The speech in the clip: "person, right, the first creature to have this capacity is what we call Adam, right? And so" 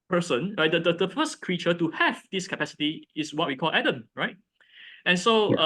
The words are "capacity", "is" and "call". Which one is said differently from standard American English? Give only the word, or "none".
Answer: is